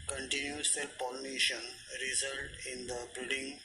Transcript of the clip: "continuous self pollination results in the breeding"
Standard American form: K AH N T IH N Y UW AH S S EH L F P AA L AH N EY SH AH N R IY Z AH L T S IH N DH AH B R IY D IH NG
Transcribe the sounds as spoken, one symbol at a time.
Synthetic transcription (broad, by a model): K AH N T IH N Y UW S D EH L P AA L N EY SH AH N R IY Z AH L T IH N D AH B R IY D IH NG